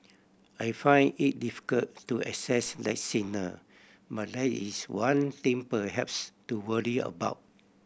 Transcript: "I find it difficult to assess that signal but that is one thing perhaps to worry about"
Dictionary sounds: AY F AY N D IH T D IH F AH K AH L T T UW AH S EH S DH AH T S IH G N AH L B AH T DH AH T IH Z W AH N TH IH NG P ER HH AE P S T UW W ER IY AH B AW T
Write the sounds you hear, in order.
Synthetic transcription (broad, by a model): AY F AY N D IH T D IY F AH K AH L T T UW AH S EH S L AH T S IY N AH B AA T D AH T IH S W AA N T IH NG P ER HH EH P S T UW W ER IY AH B AW T